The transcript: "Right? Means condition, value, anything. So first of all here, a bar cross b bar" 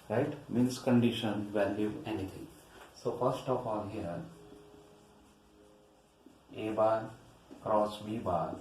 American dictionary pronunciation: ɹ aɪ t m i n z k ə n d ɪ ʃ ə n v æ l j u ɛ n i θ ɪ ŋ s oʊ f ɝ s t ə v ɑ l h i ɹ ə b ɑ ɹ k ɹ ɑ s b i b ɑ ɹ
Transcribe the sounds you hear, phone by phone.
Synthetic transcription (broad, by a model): ɹ aɪ t m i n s k ə n d ɪ ʃ ə n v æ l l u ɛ n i t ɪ ŋ s oʊ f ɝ s t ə p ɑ n h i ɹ ə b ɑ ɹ k ɹ ɑ s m i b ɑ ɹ